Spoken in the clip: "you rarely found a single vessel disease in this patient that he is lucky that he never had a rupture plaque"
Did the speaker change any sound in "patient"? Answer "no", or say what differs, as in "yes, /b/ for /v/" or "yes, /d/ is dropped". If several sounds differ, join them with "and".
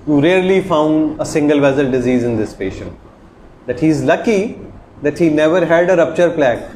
no